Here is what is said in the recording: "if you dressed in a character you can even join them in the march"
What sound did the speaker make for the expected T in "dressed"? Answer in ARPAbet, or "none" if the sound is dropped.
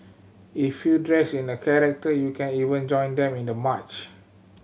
none